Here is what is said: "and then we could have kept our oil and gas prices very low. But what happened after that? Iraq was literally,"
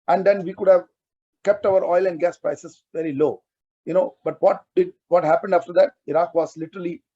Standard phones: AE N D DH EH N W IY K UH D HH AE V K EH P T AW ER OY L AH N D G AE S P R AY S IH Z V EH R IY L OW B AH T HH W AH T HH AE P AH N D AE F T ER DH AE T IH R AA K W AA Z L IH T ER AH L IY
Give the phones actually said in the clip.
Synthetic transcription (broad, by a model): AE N D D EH N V IY K UH D HH AE V K EH P T AW ER OY L AH N D G AE S P R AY S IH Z V EH R IY L OW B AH T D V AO T HH AE P AH N D AE F T ER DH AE T IH R AA K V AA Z L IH T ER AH L IY